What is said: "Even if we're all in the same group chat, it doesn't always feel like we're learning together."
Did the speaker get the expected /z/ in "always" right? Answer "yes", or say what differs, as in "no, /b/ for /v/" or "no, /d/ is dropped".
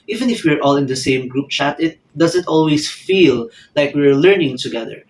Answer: no, /s/ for /z/